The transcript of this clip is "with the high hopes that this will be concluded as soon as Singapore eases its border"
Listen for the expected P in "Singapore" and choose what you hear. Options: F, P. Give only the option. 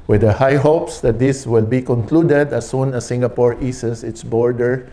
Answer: P